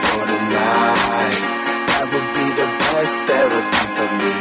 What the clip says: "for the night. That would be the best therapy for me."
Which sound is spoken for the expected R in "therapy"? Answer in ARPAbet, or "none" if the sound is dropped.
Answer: W